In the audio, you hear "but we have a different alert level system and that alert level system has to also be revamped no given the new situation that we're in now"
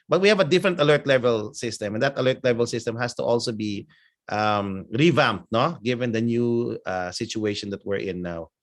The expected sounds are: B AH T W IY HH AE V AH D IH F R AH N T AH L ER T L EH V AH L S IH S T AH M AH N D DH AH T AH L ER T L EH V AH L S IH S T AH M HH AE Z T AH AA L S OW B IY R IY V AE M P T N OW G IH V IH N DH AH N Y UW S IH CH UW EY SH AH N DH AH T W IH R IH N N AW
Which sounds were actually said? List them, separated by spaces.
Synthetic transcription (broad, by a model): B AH T W IY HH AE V AH D IH F R AH N T AH L ER T L EH V AH L S IH S T AH M AH N D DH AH T AH L ER T L EH V AH L S IH S T AH M HH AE S T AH AA L S OW B IY R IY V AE M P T N OW G IH V IH N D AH N Y UW S IH CH UW EY SH AH N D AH T W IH R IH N N AW